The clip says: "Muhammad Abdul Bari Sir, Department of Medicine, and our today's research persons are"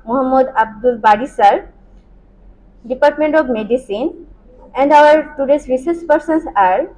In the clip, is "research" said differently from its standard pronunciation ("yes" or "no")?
yes